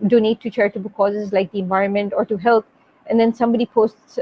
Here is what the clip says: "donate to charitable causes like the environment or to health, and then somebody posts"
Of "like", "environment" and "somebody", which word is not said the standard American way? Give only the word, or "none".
none